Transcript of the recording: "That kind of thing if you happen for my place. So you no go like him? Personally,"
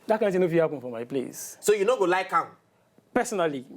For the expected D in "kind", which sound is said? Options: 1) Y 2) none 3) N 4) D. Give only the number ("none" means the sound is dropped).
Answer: 2